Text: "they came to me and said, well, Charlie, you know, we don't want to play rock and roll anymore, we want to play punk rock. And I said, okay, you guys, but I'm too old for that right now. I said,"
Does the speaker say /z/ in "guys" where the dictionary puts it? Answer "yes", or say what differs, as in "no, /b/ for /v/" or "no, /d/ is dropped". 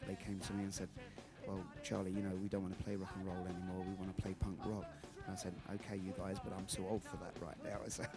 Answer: yes